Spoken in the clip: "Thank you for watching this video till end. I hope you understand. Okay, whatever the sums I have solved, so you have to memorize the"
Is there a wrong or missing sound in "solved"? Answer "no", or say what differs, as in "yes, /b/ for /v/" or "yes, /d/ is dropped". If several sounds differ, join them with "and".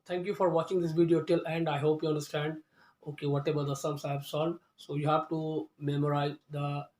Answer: yes, /v/ is dropped